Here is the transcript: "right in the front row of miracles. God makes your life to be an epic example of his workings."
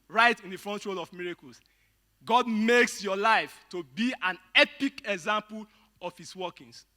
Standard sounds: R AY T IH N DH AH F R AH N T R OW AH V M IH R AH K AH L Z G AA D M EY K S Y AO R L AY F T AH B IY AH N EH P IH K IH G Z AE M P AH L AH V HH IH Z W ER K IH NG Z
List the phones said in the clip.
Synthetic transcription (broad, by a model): R AY T IH N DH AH F R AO N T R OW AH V M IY R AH K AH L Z G AA D M EY K S Y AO L AY F T AH B IY AH N EH P IH K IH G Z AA M P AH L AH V HH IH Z W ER K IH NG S